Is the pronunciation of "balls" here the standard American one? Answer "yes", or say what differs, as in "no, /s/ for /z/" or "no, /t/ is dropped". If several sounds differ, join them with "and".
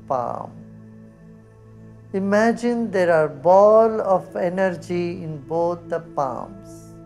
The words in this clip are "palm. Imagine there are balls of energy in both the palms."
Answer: no, /z/ is dropped